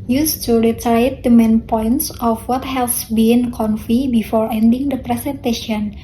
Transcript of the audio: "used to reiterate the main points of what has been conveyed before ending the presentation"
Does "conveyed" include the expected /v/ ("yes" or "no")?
no